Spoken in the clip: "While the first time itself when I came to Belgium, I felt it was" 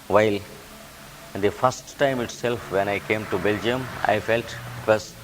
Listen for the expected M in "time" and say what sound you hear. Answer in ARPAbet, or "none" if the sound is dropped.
M